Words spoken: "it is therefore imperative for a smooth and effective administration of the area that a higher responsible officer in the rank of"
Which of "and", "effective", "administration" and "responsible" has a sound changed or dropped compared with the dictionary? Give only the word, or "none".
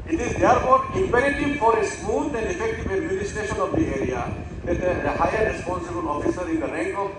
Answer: administration